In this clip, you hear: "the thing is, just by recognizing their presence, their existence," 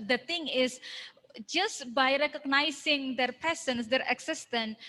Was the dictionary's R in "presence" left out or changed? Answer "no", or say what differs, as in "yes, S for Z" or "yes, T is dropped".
yes, R is dropped